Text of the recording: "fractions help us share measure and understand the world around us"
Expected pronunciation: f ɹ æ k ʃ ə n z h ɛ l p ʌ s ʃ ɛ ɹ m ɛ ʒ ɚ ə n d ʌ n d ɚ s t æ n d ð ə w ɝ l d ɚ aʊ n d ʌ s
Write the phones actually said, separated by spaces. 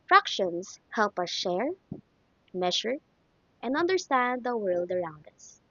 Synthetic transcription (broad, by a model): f ɹ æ k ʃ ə n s h ɛ l p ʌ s ʃ ɛ ɹ m ɛ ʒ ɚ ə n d ʌ n d ɚ s t æ n d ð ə w ɝ l d ɚ aʊ n d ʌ s